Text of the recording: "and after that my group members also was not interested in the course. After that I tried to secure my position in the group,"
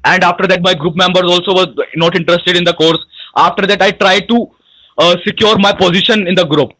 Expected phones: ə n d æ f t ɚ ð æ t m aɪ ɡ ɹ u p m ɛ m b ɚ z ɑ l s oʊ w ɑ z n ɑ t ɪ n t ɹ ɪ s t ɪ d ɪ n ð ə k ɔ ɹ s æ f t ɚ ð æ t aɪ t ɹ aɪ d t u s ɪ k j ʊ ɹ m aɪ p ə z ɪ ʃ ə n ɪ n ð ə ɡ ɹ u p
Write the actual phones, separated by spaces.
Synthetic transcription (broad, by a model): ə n d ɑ f t ɚ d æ t m aɪ ɡ ɹ u p m ɛ m b ɚ z ɑ l s oʊ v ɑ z n ɑ t ɪ n t ɹ ɪ s t ɪ d ɪ n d ə k ɔ ɹ s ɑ f t ɚ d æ t aɪ t ɹ aɪ d t u s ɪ k j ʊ ɹ m aɪ p ə z ɪ ʃ ə n ɪ n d ə ɡ ɹ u p